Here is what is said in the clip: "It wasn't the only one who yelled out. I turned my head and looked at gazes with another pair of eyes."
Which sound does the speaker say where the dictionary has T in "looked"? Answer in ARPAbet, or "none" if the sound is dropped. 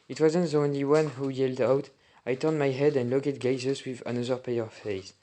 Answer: none